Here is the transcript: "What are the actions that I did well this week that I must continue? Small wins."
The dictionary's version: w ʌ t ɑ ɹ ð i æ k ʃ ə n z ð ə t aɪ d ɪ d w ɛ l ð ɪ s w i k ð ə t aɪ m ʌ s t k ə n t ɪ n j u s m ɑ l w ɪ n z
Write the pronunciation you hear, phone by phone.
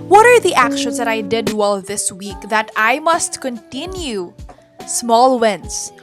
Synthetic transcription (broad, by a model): w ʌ t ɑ ɹ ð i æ k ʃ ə n s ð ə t aɪ d ɪ d w ɛ l ð ɪ s w i k ð ə t aɪ m ʌ s t k ə n t ɪ n j u s m ɑ l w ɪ n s